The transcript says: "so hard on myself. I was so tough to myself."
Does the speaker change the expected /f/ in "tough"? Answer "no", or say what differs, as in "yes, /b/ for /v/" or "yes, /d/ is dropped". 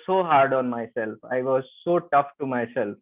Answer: no